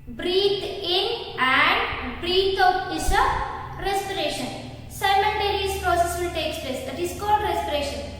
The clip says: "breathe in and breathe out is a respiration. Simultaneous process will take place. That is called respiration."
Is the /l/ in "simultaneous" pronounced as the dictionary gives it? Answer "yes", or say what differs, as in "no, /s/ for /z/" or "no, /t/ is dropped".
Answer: no, /n/ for /l/